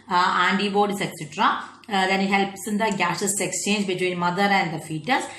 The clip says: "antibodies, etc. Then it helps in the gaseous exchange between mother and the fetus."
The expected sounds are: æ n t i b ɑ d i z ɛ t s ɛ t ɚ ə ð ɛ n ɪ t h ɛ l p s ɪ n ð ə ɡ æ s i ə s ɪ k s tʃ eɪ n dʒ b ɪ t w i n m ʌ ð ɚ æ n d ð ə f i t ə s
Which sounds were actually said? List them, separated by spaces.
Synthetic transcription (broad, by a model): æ n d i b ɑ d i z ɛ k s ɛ t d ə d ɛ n ɪ t h ɛ l p s ɪ n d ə ɡ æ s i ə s ɪ k s tʃ eɪ n dʒ b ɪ t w i n m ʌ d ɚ æ n d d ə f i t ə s